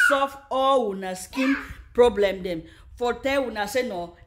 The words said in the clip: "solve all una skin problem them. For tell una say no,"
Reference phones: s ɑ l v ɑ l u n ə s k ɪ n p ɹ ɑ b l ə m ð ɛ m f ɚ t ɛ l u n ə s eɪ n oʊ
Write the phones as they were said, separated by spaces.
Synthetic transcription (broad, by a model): s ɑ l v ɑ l u n ə s k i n p ɹ ɑ b l ə m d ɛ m f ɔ t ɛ w u n ə s eɪ n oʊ